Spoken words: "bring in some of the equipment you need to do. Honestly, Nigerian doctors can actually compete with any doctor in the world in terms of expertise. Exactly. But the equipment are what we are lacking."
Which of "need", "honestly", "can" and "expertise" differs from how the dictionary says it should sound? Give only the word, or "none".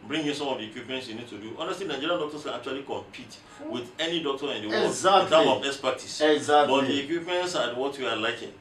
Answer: expertise